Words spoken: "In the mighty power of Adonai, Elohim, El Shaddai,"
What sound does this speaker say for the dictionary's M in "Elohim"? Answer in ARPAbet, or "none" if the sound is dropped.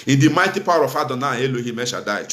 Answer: M